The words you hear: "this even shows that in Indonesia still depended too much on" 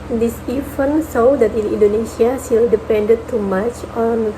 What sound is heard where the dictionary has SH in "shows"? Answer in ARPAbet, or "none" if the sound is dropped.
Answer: S